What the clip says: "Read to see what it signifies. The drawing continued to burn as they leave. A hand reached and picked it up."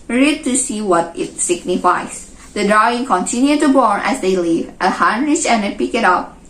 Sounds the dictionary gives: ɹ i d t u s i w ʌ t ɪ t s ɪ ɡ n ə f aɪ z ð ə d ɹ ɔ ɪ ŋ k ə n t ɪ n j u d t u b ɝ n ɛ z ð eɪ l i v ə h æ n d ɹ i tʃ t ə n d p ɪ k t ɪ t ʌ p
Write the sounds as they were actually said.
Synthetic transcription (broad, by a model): ɹ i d t u s i w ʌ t ɪ t s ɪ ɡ n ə f aɪ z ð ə d ɹ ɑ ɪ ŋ k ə n t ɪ n j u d t u b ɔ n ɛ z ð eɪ l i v ə h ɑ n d ɹ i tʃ ə n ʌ p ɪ k ɪ t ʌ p